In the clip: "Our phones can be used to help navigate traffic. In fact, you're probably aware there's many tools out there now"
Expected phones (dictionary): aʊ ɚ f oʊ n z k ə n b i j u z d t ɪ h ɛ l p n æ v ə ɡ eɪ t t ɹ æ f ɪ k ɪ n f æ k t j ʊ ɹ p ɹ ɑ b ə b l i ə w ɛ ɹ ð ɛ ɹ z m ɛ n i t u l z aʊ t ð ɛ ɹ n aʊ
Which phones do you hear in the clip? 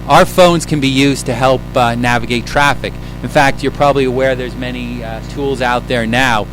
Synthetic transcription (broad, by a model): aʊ ɚ f oʊ n z k ə n b i j u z t ɪ h ɛ l p n æ v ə ɡ eɪ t t ɹ æ f ɪ k ɪ n f æ k t j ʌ ɹ p ɹ ɑ b ə b l i ə w ɛ ɹ ð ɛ ɹ z m ɛ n i t u l z aʊ t ð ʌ ɹ n aʊ